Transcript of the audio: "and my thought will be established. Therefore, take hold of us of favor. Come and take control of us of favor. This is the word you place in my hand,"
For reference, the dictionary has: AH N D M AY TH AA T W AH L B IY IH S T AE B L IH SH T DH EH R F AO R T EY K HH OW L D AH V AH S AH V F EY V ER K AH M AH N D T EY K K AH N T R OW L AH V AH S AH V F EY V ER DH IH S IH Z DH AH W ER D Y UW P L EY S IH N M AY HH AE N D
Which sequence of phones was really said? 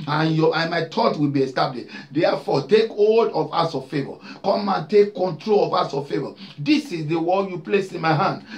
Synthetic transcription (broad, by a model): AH N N M AY T AA T W AH L B IY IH S T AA B L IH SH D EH F AO T EY K HH OW L D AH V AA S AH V F EY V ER K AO M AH N T EY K K AH N T R OW L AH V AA S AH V F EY V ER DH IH S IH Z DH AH W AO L Y UW P L EY S IH N M AY HH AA N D